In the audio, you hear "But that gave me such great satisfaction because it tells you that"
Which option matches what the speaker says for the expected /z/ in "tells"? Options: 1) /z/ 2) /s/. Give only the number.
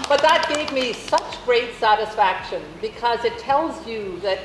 1